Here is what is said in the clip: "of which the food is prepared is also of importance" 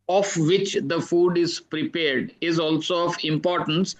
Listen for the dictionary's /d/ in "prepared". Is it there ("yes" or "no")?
yes